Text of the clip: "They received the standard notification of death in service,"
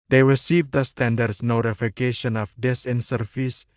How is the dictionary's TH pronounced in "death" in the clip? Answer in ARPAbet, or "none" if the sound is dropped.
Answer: S